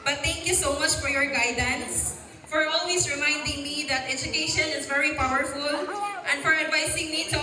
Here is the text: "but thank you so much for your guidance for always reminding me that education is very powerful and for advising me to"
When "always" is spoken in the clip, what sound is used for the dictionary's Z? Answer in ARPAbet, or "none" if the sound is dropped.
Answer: S